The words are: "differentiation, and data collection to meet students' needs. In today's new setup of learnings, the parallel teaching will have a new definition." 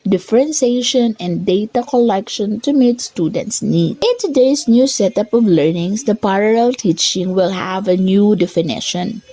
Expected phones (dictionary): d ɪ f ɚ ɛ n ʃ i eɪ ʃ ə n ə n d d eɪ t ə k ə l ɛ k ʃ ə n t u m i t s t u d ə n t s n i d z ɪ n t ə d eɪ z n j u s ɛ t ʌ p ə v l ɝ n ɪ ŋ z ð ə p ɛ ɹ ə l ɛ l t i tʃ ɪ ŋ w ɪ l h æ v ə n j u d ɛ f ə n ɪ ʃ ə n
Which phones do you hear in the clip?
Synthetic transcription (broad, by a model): d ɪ f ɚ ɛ n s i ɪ ʃ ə n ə n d d eɪ t ə k ə l ɛ k ʃ ə n t u m i t s t u d ə n t s n i d ɪ n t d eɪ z n j u s ɛ t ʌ p ə v l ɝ n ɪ ŋ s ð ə p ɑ ɹ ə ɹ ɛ l t i tʃ ɪ ŋ w ɪ l h æ v ə n j u d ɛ f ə n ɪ ʃ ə n